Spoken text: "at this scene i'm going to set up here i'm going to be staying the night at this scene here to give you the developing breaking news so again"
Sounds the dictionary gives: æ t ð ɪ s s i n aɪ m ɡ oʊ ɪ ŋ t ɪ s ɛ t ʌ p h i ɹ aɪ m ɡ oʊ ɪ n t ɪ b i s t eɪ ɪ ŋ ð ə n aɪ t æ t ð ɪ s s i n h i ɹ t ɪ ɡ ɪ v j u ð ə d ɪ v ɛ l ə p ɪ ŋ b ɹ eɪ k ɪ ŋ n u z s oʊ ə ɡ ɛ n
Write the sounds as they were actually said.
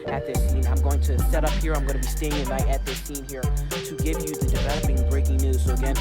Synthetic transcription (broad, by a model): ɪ t ð ɪ s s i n aɪ m ɡ oʊ ɪ ŋ t ɪ s ɛ t ʌ p h i ɹ aɪ m ɡ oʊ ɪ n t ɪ b i s t eɪ ɪ ŋ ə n aɪ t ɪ t ð ɪ s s i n h i ɹ t ɪ ɡ ɪ v j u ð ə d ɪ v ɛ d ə b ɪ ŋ b ɹ eɪ k ɪ ŋ n u z s oʊ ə ɡ ɛ n